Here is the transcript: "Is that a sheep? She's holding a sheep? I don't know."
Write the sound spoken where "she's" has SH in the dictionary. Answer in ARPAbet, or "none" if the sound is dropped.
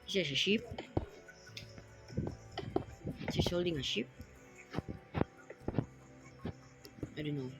S